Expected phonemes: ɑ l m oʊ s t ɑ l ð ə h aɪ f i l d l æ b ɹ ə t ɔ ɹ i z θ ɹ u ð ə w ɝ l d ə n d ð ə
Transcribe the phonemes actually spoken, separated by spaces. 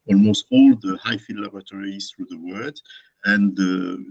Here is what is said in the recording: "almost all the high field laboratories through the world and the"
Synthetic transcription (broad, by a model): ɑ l m oʊ s t ɑ l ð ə h aɪ f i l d l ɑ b ɹ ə t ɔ ɹ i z θ ɹ u ð ə w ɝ d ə n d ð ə